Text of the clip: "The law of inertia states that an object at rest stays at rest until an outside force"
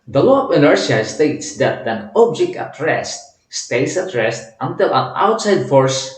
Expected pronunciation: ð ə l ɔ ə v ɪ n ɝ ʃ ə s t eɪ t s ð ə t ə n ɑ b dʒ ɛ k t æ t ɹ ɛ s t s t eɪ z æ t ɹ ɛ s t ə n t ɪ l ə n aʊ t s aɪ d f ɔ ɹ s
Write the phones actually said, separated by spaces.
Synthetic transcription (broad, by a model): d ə l ɔ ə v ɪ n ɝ s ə s t eɪ t s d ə t ə n ɑ b dʒ ɛ k t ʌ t ɹ ɛ s t s t eɪ s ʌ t ɹ ɛ s t ə n t ɪ l ə n aʊ t s aɪ d f ɔ ɹ s